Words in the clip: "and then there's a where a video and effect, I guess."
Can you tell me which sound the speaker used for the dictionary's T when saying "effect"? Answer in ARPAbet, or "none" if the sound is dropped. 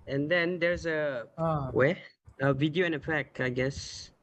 none